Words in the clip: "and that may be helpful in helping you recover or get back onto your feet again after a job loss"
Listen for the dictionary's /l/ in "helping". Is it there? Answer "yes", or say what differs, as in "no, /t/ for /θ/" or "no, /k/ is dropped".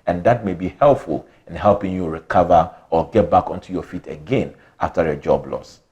yes